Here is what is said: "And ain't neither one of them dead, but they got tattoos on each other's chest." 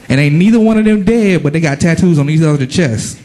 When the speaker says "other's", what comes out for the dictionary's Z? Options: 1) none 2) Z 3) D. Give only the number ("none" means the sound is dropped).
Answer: 1